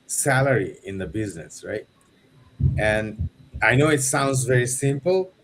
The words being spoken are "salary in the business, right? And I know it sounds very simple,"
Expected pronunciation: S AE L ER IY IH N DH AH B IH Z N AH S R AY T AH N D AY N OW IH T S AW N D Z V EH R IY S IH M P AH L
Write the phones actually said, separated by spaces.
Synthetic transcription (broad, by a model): S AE L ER IY IH N DH AH B IH Z N AH S R AY T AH N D AY N OW IH T S AW N D Z V EH R IY S IH M P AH L